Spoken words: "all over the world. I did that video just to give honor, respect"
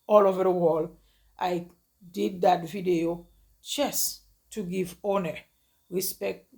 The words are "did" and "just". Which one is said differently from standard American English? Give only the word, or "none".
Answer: just